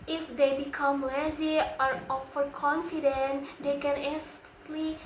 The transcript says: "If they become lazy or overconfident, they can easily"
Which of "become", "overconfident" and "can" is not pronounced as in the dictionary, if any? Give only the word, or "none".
overconfident